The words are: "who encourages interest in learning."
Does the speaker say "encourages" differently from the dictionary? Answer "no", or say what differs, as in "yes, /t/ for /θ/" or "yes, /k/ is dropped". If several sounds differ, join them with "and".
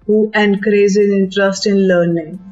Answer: yes, /z/ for /dʒ/